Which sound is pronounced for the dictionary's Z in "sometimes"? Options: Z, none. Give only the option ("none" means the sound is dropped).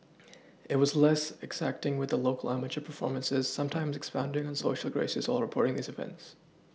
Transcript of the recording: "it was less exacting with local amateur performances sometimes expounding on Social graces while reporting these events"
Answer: Z